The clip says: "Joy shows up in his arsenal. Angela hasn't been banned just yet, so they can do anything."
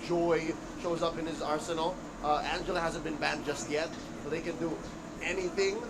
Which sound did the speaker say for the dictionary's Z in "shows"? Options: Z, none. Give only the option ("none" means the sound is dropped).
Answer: Z